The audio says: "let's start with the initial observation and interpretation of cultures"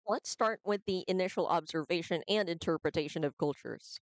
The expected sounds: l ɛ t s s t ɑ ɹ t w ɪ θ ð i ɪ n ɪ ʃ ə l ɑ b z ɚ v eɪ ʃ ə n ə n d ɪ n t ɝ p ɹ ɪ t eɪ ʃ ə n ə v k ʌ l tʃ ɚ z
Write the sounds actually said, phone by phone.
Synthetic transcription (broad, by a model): l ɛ t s s t ɑ ɹ t w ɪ ð i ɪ n ɪ ʃ l ɑ b z ɚ v eɪ ʃ ə n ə n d ɪ n t ɝ p ɹ ɪ t eɪ ʃ ə n ə v k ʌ l tʃ ɚ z